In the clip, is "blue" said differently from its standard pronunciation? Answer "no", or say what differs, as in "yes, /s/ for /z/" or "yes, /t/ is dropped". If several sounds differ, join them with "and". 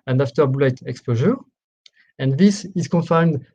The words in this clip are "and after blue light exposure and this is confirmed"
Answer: yes, /l/ is dropped